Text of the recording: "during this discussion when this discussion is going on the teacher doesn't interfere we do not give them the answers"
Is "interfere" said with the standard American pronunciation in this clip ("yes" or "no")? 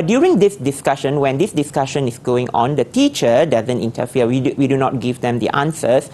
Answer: no